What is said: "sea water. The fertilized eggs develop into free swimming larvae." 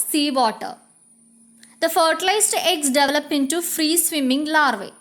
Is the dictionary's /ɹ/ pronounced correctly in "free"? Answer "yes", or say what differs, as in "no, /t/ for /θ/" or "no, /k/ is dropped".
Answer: yes